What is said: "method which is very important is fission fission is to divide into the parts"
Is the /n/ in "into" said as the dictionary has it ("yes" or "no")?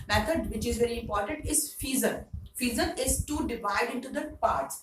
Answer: yes